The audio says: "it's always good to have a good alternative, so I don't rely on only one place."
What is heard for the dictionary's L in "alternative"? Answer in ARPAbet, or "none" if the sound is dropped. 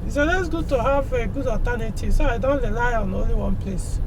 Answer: none